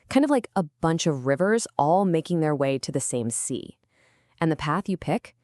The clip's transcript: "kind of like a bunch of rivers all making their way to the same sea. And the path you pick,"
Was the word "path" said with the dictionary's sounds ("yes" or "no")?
yes